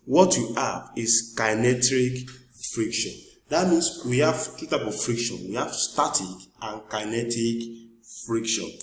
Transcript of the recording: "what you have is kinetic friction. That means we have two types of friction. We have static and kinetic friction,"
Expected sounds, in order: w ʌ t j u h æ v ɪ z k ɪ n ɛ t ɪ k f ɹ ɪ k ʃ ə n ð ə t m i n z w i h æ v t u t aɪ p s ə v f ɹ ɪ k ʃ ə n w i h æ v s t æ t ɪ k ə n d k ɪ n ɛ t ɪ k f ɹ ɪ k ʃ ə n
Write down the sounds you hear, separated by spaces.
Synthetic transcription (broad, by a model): w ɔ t j u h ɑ v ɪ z k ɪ n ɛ t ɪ k f ɹ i k ʃ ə n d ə t m i n s w i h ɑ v t u t aɪ p ə v f ɹ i k ʃ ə n w i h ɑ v s t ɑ t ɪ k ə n k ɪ n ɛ t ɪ k f ɹ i k ʃ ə n